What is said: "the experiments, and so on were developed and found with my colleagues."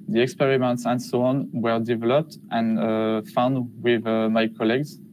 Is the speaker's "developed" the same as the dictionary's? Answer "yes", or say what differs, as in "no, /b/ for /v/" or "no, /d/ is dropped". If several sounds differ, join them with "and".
yes